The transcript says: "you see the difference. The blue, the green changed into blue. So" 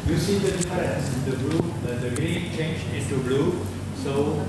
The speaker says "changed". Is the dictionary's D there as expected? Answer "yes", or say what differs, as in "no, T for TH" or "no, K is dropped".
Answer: no, D is dropped